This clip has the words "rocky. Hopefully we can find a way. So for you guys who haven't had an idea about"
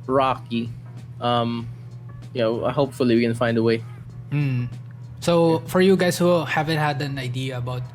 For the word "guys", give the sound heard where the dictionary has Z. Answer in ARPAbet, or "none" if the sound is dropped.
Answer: S